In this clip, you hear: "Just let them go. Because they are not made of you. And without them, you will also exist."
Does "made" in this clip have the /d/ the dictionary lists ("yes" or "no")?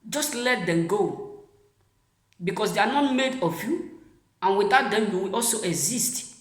yes